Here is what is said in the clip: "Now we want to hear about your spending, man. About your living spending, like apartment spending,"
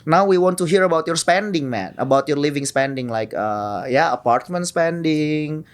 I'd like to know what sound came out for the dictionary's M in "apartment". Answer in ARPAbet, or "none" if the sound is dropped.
M